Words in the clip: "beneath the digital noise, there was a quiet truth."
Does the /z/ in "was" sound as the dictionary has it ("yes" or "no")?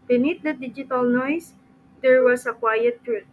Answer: no